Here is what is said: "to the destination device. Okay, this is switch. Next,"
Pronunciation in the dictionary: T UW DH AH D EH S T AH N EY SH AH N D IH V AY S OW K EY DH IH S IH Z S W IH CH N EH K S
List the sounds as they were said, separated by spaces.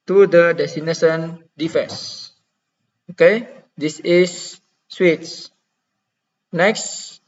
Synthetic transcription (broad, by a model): T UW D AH D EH S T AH N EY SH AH N D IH F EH S OW K EY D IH S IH S W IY S N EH K S